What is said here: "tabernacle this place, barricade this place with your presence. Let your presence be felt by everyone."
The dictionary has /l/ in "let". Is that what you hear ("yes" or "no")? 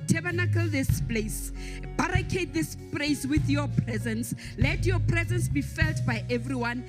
yes